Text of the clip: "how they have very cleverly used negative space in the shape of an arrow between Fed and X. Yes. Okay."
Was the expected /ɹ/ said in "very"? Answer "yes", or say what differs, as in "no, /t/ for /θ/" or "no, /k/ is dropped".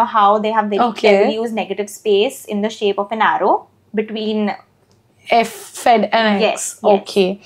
no, /ɹ/ is dropped